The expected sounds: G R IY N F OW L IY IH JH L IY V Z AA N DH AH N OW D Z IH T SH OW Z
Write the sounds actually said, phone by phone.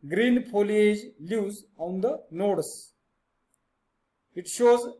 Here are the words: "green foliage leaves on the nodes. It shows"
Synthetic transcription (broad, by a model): G R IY N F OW L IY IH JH L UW Z AA N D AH N OW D S IH T SH OW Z